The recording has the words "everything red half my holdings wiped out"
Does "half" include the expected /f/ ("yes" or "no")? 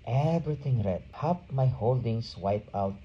no